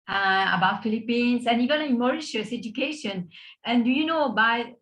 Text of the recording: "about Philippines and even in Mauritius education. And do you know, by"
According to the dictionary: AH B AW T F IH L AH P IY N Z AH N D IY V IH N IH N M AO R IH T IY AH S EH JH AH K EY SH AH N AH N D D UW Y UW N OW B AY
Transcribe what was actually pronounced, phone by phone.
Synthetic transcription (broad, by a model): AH B AW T F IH L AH P IY N S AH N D IY V IH N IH M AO R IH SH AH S EH JH AH K EY SH AH N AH N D D UW Y UW N OW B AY